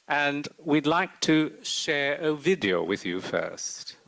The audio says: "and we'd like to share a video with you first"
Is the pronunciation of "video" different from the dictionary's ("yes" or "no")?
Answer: no